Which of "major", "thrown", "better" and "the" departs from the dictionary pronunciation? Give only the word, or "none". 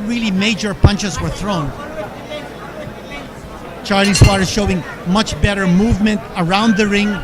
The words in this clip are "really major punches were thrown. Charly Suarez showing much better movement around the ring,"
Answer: none